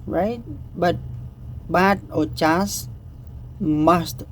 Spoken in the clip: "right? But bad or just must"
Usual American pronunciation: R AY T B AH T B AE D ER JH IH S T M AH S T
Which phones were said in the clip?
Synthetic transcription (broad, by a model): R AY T B AH T B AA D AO CH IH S M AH S T